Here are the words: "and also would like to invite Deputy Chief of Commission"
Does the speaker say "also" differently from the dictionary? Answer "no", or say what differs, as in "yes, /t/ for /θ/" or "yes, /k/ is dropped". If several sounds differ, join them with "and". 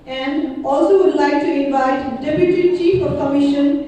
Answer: no